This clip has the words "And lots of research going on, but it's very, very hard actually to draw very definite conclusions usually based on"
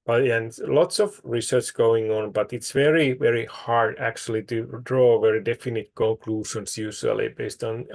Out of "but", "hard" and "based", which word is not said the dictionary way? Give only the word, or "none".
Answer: none